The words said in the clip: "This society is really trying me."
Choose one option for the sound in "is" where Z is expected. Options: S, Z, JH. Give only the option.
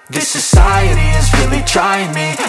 Z